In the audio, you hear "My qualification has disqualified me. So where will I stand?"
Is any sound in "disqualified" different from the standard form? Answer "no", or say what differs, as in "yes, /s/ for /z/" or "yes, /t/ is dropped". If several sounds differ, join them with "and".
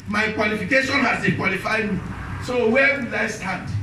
yes, /s/ is dropped